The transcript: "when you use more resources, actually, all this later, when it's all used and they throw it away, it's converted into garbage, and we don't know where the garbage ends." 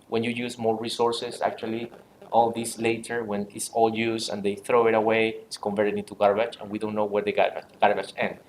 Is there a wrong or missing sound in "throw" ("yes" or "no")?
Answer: no